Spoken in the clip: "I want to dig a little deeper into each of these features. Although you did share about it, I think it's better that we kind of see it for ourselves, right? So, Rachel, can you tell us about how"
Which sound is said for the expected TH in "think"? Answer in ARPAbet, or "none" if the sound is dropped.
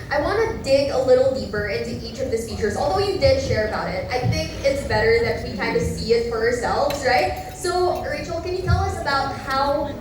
TH